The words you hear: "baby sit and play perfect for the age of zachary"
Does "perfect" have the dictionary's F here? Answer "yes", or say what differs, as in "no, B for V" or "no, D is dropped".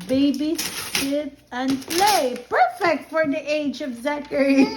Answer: yes